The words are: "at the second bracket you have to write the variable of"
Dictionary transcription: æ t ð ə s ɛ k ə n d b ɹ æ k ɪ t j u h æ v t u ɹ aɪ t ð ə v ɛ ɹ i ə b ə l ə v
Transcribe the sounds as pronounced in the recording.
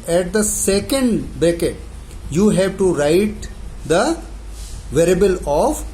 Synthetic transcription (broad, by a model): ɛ t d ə s ɛ k ə n d b ɛ k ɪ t j u h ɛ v t u ɹ aɪ t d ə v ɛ ɹ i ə b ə l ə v